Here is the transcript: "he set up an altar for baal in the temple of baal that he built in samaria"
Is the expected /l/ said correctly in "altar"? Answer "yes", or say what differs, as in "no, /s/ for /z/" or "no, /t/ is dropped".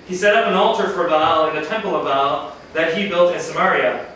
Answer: yes